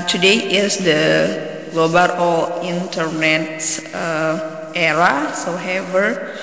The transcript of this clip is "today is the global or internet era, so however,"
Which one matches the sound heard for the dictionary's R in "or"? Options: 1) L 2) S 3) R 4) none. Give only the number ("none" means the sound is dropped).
1